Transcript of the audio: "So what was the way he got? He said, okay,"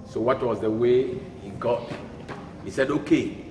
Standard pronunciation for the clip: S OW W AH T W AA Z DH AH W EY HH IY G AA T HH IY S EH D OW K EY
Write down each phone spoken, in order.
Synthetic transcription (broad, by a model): S OW W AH T W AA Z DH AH W EY HH IY G AA T HH IY S EH D OW K EY